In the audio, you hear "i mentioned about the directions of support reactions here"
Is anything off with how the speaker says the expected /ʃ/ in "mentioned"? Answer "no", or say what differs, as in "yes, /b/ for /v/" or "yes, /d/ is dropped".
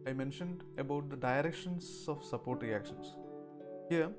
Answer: no